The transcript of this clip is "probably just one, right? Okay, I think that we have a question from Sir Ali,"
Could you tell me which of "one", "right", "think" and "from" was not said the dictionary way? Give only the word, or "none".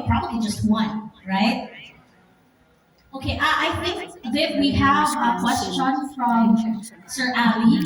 none